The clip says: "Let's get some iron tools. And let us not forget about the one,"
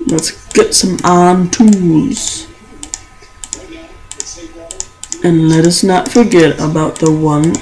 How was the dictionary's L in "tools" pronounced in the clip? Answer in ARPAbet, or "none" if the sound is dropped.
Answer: none